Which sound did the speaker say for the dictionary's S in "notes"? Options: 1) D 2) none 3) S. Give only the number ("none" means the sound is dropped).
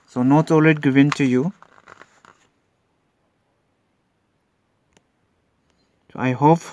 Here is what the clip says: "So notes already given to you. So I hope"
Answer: 2